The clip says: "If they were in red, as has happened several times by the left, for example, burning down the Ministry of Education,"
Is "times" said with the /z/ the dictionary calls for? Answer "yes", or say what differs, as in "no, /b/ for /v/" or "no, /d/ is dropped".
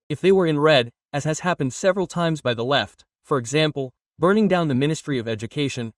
yes